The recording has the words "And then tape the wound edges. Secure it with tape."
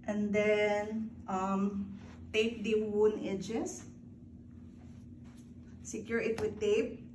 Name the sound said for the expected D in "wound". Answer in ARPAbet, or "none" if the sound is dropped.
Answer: none